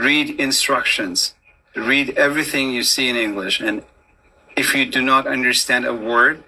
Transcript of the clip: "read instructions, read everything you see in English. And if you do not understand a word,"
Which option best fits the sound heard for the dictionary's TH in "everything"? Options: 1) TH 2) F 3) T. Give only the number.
1